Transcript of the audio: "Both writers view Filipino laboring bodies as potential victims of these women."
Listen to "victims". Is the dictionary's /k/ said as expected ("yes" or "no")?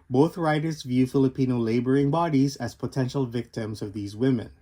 yes